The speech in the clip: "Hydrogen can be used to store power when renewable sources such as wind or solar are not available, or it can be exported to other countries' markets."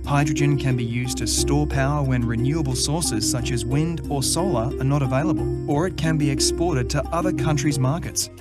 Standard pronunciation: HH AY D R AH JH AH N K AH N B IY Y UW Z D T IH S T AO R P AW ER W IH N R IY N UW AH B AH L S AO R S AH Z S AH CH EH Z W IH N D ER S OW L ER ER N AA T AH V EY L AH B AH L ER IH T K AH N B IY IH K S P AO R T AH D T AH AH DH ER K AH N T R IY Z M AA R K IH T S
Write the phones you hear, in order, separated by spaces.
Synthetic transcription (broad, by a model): HH AY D R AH JH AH N K AH N B IY Y UW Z T IH S T AO R P AW ER W IH N R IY N UW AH B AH L S AO R S AH Z S AH CH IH Z W IH N D ER S OW L ER ER N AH T AH V EY L AH B AH L ER IH T K AH N B IY IH K S P AO R T AH D T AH AH DH ER K AH N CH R IY Z M AA R K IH T S